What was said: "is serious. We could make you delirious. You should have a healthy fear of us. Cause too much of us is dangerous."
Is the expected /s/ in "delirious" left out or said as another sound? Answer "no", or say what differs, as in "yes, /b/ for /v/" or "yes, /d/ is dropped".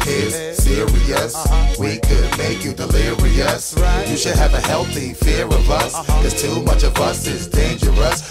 no